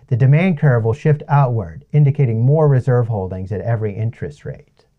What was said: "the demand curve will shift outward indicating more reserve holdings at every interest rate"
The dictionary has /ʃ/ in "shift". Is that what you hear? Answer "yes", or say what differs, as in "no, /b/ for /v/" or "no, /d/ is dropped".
yes